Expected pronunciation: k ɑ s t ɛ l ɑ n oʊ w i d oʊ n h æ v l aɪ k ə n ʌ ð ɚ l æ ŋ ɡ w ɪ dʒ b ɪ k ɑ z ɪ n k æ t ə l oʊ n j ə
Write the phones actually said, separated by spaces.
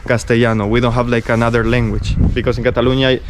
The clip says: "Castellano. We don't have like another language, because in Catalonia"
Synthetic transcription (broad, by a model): k ɑ s t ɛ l ɑ n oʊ w i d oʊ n h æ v l aɪ k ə n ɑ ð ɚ l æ ŋ ɡ w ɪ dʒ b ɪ k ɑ s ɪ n k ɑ t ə l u n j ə